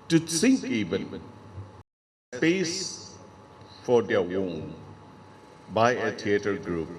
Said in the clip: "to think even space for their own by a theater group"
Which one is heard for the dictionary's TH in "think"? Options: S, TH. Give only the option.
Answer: S